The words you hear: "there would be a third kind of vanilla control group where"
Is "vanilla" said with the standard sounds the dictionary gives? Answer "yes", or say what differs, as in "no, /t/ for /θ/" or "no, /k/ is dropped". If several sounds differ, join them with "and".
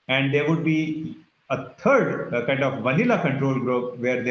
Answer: yes